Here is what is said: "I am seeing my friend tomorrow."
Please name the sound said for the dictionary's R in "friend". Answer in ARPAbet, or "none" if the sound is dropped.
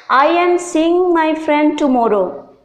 R